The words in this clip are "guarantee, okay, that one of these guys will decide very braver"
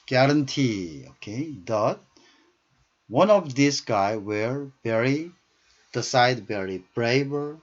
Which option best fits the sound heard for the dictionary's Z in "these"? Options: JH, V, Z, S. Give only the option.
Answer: S